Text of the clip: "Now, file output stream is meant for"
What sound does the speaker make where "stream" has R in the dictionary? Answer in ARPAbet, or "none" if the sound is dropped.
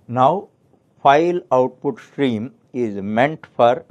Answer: R